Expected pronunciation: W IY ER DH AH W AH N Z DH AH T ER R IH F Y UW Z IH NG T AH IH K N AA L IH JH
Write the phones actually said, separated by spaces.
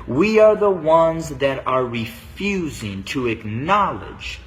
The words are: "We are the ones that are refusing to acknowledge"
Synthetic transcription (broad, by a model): W IY ER DH AH W AH N Z DH AH T ER R IH F Y UW Z IH NG T AH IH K N AA L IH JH